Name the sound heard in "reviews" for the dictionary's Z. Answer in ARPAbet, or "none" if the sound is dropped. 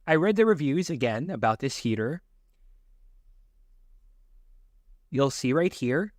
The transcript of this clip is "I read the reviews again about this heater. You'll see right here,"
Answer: Z